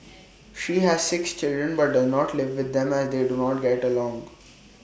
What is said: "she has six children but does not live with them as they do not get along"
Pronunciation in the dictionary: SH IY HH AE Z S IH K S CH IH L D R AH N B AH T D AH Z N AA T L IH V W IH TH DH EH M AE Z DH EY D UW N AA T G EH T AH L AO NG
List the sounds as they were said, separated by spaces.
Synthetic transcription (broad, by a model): SH IY HH AE Z S IH K S CH IH L D R AH N B AH T D AH Z N AA T L IH V IH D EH M AE Z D EY D UW N AA T G EH T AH L AO NG